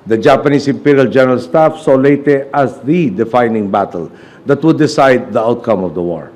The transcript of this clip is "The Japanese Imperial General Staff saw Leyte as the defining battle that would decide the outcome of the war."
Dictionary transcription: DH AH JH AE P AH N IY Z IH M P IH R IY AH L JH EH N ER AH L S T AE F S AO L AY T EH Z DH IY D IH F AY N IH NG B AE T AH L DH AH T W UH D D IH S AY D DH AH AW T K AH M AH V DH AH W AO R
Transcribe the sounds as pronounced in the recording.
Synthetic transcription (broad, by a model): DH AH JH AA P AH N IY S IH M P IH R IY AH L JH EH N ER AH L S T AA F S AO L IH T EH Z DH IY D IH F AY N IH NG B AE T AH L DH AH T W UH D D IH S AY D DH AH AW T K AH M AH V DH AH W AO R